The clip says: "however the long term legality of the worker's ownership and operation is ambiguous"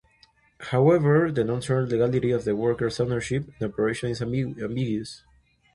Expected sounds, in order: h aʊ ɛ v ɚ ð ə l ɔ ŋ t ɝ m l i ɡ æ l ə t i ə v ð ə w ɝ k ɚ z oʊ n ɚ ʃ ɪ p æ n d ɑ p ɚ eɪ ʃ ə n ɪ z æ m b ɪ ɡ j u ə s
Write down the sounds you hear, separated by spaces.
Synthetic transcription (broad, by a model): h aʊ ɛ v ɚ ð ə n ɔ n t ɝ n l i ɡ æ l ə t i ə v ð ə w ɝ k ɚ s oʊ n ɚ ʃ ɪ p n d ɑ p ɚ eɪ ʃ ə n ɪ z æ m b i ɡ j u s